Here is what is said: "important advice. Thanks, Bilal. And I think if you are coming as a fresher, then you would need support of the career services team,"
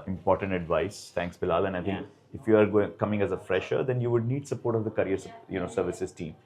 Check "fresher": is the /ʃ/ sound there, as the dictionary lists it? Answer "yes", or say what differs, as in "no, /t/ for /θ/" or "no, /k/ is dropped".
yes